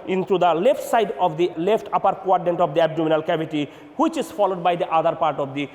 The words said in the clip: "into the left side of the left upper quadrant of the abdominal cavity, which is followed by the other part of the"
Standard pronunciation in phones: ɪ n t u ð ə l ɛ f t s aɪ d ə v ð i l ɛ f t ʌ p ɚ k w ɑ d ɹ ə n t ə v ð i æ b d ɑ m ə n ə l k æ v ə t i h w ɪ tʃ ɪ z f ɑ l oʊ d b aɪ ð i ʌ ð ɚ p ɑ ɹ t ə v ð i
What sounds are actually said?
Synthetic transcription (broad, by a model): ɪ n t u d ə l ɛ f t s aɪ d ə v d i l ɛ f t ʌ p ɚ k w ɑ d ə n t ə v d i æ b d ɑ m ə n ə l k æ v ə t i h w ɪ tʃ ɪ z f ɑ l oʊ d b aɪ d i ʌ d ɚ p ɑ ɹ t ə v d i